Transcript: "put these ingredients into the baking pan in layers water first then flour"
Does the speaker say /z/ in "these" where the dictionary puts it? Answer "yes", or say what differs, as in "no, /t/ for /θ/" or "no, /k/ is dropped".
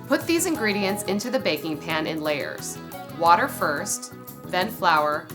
yes